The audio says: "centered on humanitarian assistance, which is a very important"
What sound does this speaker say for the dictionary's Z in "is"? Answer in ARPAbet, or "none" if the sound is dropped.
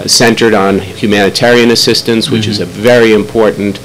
Z